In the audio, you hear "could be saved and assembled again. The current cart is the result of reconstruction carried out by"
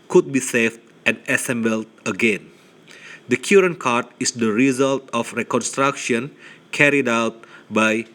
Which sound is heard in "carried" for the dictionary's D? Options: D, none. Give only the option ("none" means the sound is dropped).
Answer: D